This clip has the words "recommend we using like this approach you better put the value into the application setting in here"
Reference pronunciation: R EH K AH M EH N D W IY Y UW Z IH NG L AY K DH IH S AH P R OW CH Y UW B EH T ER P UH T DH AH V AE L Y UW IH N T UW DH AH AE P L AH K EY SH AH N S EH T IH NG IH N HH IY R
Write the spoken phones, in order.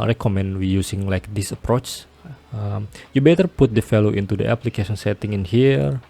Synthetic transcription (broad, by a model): R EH K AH M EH N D W IY Y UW S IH NG L AY K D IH S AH P R OW CH Y UW B EH T ER P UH T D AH F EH L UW IH N T UW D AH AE P L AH K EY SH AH N S EH T IH NG IH N HH IY R